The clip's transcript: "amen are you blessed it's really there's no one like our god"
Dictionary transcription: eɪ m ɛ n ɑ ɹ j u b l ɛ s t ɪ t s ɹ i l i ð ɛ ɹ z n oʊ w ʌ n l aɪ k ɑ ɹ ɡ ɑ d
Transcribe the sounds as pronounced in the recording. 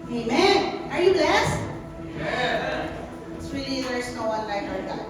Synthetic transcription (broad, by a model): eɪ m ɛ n ɑ ɹ j u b l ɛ s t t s w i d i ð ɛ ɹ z n oʊ w ʌ n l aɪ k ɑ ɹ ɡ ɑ